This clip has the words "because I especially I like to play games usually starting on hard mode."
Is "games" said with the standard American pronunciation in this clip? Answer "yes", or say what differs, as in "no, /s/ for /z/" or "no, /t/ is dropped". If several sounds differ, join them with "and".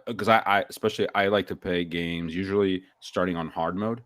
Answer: yes